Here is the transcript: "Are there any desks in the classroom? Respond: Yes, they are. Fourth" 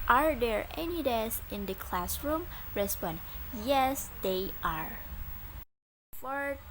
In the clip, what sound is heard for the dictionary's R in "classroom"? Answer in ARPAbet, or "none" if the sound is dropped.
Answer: R